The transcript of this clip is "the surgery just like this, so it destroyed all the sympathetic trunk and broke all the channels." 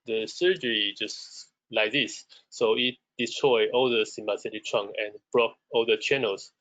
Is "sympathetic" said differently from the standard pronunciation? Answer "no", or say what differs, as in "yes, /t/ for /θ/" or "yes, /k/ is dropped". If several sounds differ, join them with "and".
yes, /b/ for /p/ and /s/ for /θ/